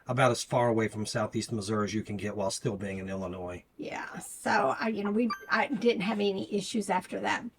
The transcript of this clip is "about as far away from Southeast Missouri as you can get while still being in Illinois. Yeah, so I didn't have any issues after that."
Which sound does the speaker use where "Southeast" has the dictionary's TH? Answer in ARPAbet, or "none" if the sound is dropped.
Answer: TH